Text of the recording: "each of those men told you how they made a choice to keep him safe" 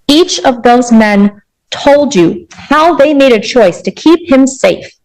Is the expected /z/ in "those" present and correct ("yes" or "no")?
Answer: yes